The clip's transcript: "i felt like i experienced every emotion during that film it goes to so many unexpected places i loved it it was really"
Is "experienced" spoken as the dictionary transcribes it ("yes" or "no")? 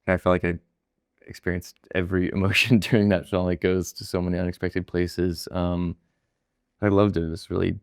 yes